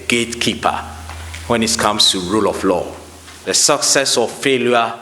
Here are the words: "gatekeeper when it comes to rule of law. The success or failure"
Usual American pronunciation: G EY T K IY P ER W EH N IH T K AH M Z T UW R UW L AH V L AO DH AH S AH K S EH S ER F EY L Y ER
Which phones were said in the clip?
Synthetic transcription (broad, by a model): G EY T K IY P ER W EH N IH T K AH M S T UW R UW L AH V L AO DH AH S AH K S EH S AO F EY L Y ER